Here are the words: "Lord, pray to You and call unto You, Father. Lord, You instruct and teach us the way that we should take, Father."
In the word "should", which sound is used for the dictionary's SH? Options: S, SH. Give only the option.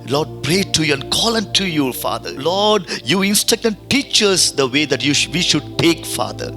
SH